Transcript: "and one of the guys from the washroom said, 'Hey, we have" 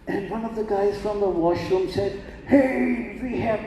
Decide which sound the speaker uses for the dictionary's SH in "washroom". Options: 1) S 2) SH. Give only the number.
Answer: 2